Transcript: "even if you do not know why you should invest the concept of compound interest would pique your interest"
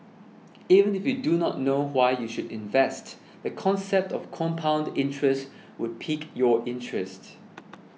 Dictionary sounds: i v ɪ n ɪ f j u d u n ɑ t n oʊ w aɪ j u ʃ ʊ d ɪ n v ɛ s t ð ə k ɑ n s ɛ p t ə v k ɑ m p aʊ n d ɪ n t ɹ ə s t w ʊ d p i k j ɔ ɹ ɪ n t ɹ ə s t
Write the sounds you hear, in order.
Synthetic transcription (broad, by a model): i v ɪ n ɪ f j u d u n ɑ t n oʊ w aɪ j u ʃ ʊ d ɪ n v ɛ s t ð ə k ɑ n s ɛ p t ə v k ɑ m p aʊ n d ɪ n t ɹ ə s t w ʊ d p i k j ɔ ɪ n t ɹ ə s t